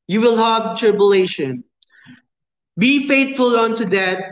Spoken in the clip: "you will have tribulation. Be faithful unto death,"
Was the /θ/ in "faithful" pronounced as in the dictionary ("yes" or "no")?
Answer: no